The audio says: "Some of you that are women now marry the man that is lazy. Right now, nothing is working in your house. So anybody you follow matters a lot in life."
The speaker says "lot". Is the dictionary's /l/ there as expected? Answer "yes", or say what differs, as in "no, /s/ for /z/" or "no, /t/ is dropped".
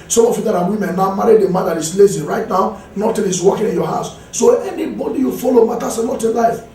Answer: no, /n/ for /l/